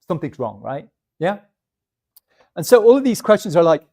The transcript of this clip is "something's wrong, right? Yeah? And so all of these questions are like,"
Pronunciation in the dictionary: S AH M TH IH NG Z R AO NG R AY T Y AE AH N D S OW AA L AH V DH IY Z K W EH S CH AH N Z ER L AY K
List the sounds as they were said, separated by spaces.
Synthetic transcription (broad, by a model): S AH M TH IH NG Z R AO NG R AY T Y AE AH N S OW AA L AH V DH IY Z K W EH S CH AH N Z ER L AY K